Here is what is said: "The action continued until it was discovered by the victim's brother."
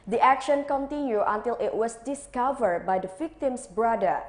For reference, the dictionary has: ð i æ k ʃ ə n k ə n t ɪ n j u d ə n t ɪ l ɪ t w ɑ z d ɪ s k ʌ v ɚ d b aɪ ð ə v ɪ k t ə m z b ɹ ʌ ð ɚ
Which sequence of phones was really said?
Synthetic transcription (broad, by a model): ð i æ k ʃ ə n k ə n t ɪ n j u ə n t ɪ l ɪ t w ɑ s d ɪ s k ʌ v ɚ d b aɪ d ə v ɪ k t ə m s b ɹ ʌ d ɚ